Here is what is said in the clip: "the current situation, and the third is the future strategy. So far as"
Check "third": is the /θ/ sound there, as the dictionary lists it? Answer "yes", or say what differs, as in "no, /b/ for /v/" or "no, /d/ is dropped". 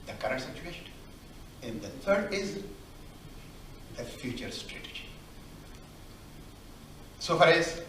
no, /t/ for /θ/